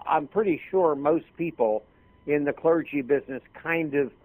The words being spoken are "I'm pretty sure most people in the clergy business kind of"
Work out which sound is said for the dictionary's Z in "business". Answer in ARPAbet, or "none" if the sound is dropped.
Z